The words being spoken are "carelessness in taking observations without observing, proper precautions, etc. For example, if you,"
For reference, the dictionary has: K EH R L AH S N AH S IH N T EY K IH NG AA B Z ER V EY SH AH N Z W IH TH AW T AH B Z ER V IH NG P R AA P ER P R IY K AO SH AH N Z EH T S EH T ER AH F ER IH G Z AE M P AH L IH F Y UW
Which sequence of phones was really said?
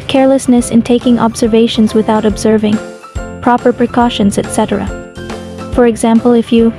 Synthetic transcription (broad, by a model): K EH R L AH S N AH S IH N T EY K IH NG AA B Z ER V EY SH AH N Z W IH TH AW T B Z ER V IH NG P R AA P ER P R IY K AO SH AH N Z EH T S EH T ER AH F ER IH G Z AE M P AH L IH F Y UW